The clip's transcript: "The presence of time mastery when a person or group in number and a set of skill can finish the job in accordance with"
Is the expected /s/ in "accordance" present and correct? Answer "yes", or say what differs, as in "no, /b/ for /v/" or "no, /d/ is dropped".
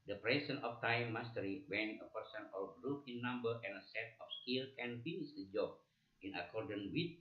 no, /s/ is dropped